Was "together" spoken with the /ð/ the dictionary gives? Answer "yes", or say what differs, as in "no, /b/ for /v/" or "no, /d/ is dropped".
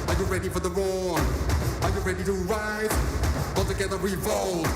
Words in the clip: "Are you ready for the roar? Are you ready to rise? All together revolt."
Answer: yes